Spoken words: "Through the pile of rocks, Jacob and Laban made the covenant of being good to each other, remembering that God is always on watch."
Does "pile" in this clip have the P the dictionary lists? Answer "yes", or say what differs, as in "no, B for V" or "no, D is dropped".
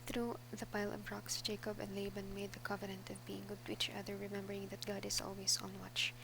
yes